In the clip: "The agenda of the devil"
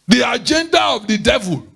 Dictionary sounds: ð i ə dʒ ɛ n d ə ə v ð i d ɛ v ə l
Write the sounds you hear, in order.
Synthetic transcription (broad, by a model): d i ə dʒ ɛ n d ə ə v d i d ɛ v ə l